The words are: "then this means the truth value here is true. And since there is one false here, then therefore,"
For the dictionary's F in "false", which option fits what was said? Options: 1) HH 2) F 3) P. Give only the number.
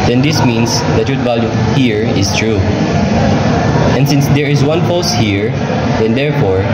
3